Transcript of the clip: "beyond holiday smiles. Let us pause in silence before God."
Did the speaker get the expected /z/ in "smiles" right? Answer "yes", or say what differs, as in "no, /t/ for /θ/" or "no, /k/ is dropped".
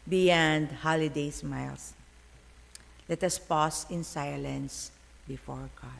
no, /s/ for /z/